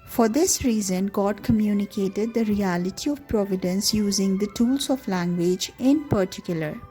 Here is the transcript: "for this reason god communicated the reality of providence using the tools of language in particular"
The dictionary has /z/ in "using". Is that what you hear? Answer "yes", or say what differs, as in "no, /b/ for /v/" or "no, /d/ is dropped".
yes